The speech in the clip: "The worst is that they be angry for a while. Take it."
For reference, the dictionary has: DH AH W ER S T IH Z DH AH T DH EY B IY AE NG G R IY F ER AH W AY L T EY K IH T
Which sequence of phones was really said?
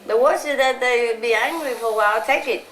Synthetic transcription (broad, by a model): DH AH W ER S IH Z DH AH T DH EY B IY AE NG G R IY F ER AH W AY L T EY K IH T